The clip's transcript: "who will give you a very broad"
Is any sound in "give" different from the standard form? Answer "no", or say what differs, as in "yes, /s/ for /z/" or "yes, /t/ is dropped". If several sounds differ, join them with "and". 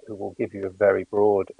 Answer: no